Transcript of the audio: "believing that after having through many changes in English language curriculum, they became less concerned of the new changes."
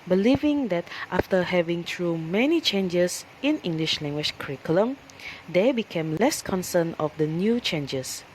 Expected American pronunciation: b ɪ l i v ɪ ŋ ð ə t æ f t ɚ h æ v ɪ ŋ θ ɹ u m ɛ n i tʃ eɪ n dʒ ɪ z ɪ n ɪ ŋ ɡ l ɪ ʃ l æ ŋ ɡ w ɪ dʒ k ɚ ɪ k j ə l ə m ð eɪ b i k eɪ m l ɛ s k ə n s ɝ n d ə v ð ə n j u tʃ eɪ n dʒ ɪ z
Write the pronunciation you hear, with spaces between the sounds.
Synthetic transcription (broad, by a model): b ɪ l i v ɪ ŋ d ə t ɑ f t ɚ h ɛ v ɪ ŋ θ ɹ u m ɛ n i tʃ eɪ n dʒ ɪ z ɪ n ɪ ŋ ɡ l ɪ ʃ l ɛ ŋ ɡ w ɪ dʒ k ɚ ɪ k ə l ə m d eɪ b i k eɪ m l ɛ s k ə n s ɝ n ə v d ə n j u tʃ eɪ n dʒ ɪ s